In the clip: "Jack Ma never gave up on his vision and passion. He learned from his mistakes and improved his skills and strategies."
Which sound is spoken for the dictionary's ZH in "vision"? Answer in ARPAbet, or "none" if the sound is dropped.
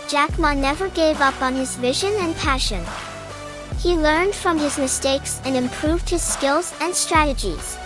ZH